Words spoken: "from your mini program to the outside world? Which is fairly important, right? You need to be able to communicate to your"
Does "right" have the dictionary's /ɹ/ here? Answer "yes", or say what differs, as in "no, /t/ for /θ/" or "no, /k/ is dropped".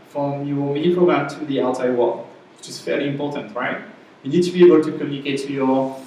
yes